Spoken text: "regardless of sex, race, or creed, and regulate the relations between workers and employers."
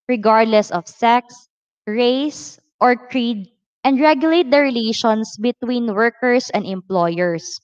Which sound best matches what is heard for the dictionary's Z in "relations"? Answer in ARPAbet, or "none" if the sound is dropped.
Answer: S